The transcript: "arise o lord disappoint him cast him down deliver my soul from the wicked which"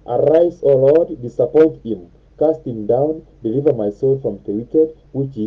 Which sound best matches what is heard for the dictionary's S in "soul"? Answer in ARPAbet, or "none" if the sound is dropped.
S